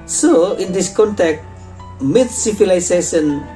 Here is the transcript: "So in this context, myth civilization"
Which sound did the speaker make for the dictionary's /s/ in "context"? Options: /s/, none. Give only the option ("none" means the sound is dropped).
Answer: none